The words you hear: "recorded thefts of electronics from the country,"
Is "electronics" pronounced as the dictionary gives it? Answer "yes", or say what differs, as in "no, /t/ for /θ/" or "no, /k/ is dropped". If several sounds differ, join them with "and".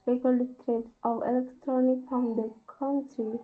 no, /s/ is dropped